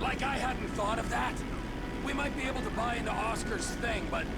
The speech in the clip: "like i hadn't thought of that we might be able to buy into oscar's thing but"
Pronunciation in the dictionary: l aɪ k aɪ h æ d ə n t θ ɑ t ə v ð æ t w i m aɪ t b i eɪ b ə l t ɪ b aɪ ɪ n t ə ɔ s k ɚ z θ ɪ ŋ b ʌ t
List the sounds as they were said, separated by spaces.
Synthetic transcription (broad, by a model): l aɪ k aɪ h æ d n t θ ɑ t ə v ð æ t w i m aɪ t b i eɪ b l t ɪ b aɪ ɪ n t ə ɔ s k ɚ z θ ɪ ŋ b ʌ t